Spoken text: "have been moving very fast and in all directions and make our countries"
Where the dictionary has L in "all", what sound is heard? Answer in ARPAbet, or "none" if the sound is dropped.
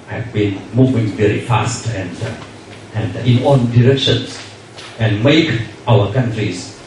N